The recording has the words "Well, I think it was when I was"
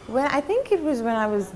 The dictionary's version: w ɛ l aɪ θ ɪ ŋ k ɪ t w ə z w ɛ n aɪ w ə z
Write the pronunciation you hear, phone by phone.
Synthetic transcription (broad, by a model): w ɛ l aɪ θ ɪ ŋ k ɪ t w ə z w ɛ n aɪ w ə z